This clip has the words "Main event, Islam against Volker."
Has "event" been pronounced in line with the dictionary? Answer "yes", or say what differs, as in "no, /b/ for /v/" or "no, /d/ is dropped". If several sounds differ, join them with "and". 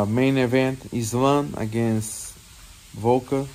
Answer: yes